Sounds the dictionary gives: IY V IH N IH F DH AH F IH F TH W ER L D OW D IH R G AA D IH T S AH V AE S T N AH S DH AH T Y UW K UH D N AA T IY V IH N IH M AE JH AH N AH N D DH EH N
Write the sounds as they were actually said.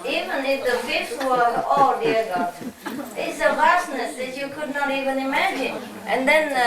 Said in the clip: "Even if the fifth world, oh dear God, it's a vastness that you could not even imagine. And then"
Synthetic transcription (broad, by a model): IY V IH N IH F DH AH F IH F S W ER D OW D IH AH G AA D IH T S AH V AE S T N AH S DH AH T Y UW K UH D N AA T IY V IH N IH M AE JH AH N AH N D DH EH N